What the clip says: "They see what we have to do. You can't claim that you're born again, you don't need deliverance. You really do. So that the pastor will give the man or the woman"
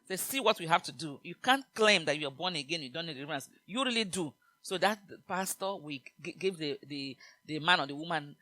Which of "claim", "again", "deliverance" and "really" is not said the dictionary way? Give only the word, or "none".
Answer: deliverance